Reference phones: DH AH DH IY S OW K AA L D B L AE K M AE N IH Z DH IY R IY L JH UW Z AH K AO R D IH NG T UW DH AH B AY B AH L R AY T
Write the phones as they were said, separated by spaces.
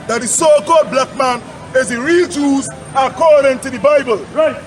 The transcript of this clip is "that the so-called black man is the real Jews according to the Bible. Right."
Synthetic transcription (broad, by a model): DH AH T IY S OW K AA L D B L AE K M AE N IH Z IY R IY L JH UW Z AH K AO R D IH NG T UW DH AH B AY B AH L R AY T